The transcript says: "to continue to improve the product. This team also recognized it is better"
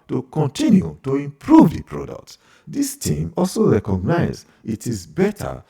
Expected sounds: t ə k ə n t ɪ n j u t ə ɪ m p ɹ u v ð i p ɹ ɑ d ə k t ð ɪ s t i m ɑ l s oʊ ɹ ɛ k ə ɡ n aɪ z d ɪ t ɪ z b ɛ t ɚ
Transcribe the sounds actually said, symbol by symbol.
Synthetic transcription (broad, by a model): t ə k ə n t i n j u t ə ɪ m p ɹ u v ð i p ɹ ɑ d ə k t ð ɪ s t i m ɑ l s oʊ ɹ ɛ k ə ɡ n aɪ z ɪ t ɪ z b ɛ t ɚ